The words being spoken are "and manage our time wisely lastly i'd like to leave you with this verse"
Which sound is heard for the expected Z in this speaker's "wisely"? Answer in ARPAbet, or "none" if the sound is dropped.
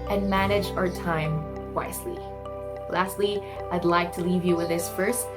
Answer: S